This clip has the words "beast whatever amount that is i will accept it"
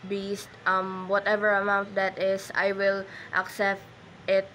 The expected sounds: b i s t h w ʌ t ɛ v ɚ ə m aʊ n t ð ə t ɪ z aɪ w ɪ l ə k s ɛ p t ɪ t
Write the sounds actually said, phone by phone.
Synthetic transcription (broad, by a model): b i s t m w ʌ t ɛ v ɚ ə m aʊ n t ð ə t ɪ s aɪ w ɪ l ə k s ɛ p t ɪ t